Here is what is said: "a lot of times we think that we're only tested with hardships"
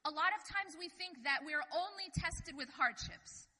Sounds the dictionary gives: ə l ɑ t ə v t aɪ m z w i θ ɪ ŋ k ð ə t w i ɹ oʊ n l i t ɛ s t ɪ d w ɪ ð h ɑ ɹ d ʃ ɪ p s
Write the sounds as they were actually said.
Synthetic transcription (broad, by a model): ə l ɑ t ə v t aɪ m z w i θ ɪ ŋ k ð ə t w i ɹ oʊ n l i t ɛ s t ɪ d w ɪ ð h ɑ ɹ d ʃ ɪ p s